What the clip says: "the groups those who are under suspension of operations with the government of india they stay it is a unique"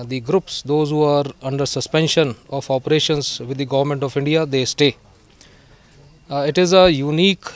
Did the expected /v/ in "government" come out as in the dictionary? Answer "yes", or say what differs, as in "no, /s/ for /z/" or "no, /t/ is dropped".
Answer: yes